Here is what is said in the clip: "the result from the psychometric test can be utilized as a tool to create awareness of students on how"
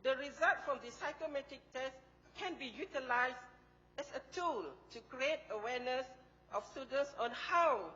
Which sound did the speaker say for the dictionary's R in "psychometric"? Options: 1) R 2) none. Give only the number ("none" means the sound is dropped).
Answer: 2